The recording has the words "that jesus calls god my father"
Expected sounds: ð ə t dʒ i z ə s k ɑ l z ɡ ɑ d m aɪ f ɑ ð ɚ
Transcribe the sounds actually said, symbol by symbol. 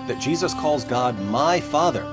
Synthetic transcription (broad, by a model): ð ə t dʒ i z ə s k ɑ l z ɡ ɑ d m aɪ f ɑ ð ɚ